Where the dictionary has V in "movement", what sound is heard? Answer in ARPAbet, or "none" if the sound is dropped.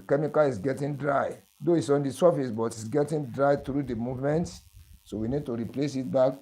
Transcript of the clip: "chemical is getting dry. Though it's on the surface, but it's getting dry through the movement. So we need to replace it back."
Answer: V